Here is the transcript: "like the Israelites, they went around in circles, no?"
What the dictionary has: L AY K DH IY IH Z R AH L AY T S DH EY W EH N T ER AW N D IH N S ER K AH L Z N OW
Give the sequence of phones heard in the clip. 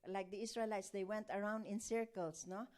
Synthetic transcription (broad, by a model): L AY K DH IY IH S R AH L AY T S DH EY W EH N T ER AW N D IH N S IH K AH L S N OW